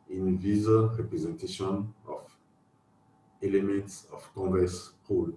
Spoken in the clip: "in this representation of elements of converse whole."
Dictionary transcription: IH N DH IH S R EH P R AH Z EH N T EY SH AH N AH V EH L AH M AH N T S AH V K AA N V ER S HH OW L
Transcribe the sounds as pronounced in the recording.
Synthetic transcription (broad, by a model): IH N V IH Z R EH P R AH Z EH N T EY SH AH N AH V EH L AH M AH N T S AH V K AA V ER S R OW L